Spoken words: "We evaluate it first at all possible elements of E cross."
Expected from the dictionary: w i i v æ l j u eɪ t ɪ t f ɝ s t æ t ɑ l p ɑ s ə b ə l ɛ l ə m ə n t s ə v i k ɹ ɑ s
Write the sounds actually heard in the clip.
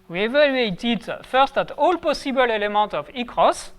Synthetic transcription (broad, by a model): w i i v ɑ l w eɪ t ɪ t f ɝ s t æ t ɑ l p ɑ s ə b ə l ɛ l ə m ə t ə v i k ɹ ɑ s